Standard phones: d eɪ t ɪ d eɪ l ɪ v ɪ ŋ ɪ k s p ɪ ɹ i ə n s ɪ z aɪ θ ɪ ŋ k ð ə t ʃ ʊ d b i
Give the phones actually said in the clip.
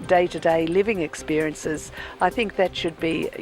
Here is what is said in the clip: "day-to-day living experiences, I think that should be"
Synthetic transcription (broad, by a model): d eɪ t ɪ d eɪ l ɪ v ɪ ŋ ɪ k s p ɪ ɹ i ə n s ɪ z aɪ θ ɪ ŋ k ð ə t ʃ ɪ d b i